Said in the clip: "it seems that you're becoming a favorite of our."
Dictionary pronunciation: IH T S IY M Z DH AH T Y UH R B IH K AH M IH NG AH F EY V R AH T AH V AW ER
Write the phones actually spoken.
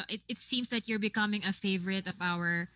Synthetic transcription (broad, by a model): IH T S IY M S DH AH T Y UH R B IH K AH M IH NG AH F EY V R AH T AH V AW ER